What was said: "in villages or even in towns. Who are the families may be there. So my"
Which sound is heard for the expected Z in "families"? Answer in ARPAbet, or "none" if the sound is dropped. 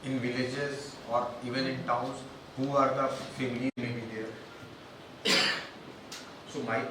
none